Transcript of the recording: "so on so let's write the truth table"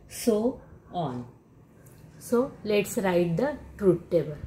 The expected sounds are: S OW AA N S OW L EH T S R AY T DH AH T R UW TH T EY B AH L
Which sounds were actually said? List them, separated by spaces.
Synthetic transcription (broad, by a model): S OW AA N S OW L EH T S R AY T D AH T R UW T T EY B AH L